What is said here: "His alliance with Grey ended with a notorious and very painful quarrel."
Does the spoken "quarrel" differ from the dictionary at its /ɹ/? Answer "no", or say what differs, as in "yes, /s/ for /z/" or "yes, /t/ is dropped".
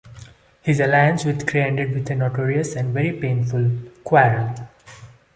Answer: yes, /ɹ/ is dropped